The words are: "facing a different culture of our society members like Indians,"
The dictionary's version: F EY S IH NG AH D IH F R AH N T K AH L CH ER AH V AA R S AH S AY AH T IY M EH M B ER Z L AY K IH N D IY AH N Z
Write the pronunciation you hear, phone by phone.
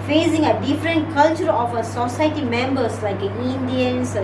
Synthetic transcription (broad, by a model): F EY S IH NG AH D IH F R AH N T K AH L CH ER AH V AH S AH S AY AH T IY M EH M B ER S L AY K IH N D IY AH N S